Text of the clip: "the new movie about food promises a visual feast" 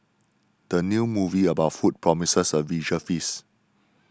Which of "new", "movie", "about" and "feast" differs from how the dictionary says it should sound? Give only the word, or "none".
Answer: feast